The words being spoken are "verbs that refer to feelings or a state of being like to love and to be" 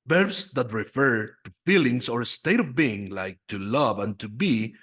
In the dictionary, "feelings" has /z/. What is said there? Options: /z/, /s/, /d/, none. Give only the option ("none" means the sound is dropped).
/s/